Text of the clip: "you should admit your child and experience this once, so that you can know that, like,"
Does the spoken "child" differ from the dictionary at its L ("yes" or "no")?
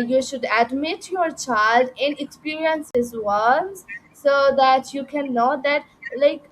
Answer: no